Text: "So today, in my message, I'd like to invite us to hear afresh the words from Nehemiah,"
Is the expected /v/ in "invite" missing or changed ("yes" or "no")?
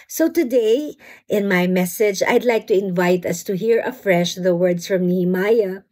no